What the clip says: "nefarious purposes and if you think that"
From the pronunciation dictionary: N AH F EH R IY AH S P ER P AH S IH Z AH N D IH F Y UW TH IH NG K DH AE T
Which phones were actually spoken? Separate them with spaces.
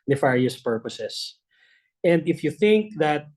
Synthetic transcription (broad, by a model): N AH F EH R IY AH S P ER P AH S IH S AH N D IH F Y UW TH IH NG K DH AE T